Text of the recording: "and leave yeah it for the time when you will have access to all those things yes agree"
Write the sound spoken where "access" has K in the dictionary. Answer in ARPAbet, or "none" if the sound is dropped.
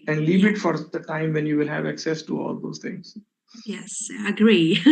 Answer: K